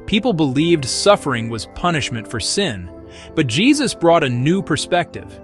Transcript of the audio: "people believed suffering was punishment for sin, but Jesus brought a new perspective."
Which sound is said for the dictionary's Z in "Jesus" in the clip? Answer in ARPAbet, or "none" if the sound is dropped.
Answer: Z